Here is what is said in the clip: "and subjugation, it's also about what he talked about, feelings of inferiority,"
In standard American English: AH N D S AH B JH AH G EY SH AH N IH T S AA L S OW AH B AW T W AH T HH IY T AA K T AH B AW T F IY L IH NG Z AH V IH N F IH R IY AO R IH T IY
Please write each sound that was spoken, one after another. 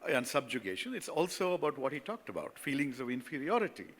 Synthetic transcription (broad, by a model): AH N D S AH B JH AH G EY SH AH N IH T S AA L S OW AH B AW T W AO T HH IY T AA K T AH B AW T F IY L IH NG Z AH V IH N F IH R IY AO R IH T IY